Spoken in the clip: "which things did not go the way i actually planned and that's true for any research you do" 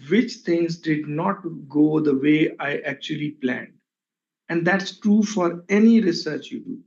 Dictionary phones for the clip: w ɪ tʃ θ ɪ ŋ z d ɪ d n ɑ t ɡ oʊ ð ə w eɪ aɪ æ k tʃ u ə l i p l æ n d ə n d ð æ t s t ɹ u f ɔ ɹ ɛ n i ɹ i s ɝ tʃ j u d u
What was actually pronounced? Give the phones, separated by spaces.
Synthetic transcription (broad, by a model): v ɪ tʃ t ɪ ŋ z d ɪ d n ɑ t ɡ oʊ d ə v eɪ aɪ æ k tʃ u ə l i p l æ n d ə n d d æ t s t ɹ u f ɔ ɹ ɛ n i ɹ i s ɝ tʃ j u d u